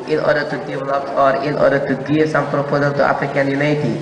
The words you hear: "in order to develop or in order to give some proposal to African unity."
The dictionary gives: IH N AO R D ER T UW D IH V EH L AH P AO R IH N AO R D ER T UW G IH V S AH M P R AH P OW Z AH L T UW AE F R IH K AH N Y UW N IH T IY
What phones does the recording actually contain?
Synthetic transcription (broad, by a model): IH N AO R D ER T UW D IH V EH L AH P AO R IH N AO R D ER T UW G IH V S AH M P R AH P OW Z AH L T UW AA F R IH K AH N Y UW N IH T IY